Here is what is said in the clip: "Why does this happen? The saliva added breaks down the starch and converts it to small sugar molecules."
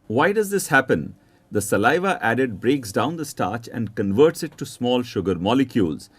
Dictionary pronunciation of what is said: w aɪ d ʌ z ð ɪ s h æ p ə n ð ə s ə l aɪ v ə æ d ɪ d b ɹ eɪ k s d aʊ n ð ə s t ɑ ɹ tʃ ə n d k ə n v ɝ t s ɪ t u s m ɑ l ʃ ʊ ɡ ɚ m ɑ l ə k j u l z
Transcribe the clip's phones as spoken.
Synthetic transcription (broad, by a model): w aɪ d ʌ z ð ɪ s h æ p ə n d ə s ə l aɪ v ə æ d ɪ d b ɹ eɪ k s d aʊ n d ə s t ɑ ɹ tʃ ə n d k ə n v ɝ t s ɪ t u s m ɑ l ʃ ʊ ɡ ɚ m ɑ l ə k j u l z